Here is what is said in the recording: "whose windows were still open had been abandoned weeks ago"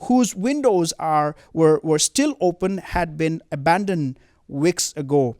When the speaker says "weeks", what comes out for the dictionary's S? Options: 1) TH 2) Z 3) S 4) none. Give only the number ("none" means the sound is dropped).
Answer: 3